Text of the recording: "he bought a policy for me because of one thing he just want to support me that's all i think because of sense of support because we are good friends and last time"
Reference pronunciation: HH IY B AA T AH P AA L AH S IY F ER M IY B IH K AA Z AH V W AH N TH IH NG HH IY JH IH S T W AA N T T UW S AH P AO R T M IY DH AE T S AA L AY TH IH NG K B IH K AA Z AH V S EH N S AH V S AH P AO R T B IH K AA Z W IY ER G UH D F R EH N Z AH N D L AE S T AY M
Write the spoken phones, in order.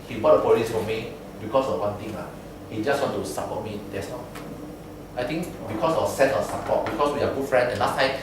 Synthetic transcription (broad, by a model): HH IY B AA T AH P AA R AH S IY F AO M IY B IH K AA S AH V W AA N T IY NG HH IY JH IH S T W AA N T T UW S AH P AO T M IY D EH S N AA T AY T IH NG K B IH K AA S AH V S EH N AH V S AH P AO T B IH K AA S W IY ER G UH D F R EH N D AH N L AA S T AY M